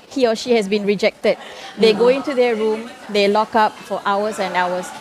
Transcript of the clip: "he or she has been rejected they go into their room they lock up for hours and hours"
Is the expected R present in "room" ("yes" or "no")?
yes